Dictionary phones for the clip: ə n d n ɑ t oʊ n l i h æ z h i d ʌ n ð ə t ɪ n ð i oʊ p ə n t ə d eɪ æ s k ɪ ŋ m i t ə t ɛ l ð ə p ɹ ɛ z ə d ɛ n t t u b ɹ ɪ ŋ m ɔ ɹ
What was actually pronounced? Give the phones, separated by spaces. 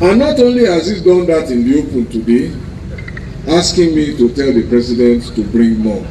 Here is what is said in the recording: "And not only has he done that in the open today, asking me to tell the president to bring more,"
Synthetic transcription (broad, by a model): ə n n ɑ t oʊ n l i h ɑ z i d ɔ n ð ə t ɪ n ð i oʊ p ə n t ə d eɪ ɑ s k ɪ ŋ m i t ə t ɛ l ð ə p ɹ ɛ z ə d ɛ n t t u b ɹ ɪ ŋ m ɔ